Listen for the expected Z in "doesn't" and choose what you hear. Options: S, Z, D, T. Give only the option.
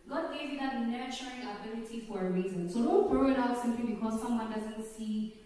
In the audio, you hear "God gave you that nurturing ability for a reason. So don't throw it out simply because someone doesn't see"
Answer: Z